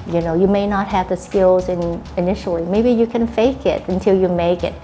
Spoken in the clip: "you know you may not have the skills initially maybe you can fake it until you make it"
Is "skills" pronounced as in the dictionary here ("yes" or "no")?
yes